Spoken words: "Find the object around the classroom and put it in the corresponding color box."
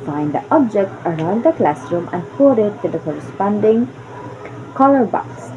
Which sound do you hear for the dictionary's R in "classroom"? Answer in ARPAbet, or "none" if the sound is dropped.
R